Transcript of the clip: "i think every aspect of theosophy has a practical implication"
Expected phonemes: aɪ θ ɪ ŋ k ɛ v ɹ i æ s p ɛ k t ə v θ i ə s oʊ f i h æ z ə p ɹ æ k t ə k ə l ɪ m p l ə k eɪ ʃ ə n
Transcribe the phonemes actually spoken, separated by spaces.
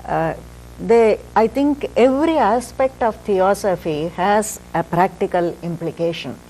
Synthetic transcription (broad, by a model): aɪ t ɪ ŋ k ɛ v ɹ i æ s p ɛ k t ə v t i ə s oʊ f i h æ z ə p ɹ æ k t ə k ə l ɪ m p l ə k eɪ ʃ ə n